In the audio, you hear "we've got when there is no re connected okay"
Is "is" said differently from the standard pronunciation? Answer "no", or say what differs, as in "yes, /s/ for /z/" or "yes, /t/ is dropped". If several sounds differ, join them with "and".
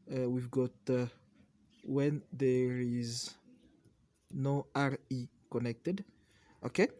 no